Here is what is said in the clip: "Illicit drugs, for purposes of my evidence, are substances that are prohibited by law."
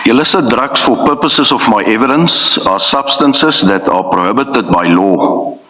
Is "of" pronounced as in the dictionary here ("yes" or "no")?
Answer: no